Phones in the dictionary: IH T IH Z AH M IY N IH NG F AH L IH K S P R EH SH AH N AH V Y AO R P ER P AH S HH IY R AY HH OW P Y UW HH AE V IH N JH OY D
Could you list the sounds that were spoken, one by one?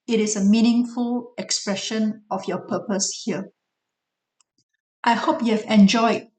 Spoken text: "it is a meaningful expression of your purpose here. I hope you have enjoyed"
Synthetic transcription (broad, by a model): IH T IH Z AH M IY N IH NG F AH L IH K S P R EH SH AH N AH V Y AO P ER P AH S HH IY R AY HH OW P Y UW HH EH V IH N JH OY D